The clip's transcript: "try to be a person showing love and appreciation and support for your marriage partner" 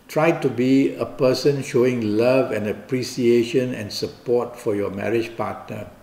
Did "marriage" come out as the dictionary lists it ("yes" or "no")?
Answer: yes